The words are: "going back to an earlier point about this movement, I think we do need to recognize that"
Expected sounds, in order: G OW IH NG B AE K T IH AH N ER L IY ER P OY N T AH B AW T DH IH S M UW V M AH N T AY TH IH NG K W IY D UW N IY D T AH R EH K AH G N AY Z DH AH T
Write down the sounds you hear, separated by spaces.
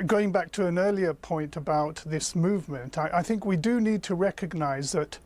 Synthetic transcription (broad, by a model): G OW IH NG B AE K T IH AH N ER L IY ER P OY N T AH B AW T DH IH S M UW V M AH N T AY TH IH NG K W IY D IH N IY D T AH R EH K AH G N AY Z DH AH T